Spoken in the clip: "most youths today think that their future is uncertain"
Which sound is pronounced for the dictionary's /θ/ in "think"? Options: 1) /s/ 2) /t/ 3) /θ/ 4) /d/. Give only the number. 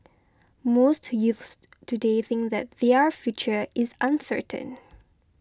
3